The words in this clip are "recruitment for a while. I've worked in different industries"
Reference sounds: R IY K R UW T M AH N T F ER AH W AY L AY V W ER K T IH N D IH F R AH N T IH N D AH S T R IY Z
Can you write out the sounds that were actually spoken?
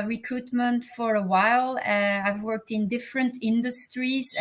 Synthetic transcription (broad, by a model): R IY K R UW T M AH N T F ER AH W AY L AY V W ER K T IH N D IH F R AH N T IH N D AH S T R IY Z